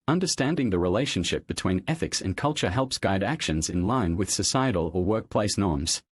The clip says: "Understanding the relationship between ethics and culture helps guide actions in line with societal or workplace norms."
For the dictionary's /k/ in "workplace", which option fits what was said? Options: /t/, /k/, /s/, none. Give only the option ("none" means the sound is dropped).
/k/